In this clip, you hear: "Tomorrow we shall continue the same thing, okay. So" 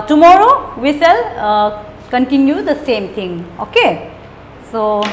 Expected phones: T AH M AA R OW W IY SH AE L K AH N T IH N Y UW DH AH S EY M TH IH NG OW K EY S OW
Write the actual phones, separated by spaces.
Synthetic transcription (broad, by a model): T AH M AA R OW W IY S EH L K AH N T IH N Y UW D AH S EY M T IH NG OW K EY S OW